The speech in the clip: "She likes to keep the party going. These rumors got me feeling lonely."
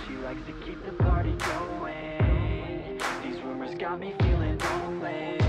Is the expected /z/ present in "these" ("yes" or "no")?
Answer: yes